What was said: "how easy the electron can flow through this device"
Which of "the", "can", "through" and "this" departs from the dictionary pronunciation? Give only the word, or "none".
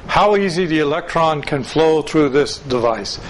none